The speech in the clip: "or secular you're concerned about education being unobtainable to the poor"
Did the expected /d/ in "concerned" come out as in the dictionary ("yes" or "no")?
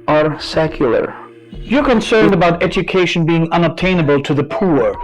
yes